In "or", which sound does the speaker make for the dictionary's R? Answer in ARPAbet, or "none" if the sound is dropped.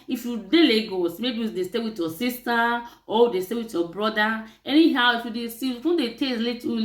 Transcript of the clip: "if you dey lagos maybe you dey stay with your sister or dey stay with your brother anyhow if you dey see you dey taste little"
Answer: W